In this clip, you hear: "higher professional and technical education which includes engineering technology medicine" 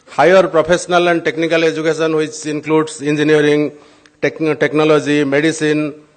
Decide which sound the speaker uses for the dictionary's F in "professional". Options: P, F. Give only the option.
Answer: P